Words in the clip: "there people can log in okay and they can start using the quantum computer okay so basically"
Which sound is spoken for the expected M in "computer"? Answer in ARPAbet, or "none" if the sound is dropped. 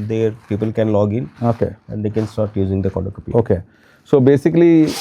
none